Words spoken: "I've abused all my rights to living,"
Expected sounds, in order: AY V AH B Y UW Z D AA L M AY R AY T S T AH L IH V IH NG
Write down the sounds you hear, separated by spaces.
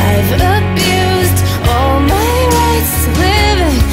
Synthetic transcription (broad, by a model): AY V AH B Y UW Z D AA L M AY W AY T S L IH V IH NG